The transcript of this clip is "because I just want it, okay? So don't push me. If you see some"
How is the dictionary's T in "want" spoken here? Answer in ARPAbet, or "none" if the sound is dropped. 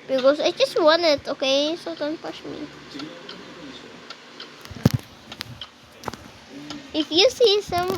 none